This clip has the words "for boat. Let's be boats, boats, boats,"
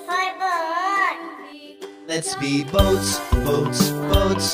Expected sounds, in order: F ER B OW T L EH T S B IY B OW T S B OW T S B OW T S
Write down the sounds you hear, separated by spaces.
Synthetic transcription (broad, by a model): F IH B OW L EH T S B IY B OW T S B OW T S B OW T S